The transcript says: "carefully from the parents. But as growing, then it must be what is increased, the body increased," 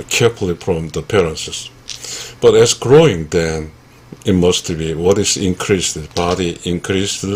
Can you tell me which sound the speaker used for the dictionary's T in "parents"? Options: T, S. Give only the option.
S